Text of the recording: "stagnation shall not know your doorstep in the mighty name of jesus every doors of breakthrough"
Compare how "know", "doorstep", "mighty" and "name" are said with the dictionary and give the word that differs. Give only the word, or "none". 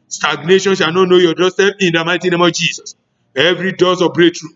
doorstep